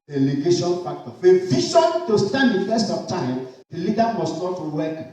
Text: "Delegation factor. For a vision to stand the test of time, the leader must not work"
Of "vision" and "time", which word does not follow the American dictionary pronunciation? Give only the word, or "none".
vision